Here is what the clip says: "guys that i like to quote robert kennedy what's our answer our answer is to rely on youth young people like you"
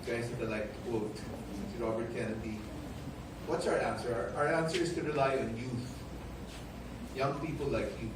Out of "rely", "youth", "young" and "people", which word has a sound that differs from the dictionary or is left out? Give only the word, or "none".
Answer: none